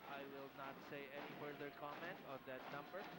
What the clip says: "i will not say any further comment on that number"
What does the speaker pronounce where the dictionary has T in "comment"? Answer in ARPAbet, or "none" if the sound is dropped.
T